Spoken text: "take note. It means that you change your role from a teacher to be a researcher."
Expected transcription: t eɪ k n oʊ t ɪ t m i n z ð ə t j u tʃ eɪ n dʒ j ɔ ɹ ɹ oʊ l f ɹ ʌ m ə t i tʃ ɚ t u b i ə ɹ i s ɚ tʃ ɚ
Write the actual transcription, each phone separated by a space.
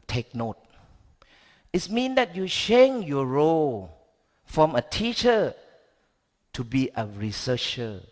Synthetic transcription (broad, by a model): t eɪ k n oʊ t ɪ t m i n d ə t j u ʃ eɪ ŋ j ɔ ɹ ɹ oʊ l f ɹ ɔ m ə t i tʃ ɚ t u b i ə ɹ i s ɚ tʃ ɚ